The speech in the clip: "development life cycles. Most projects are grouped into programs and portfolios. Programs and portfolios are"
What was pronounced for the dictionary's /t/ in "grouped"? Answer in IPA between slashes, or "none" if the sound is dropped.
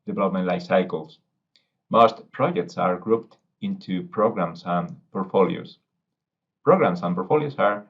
/t/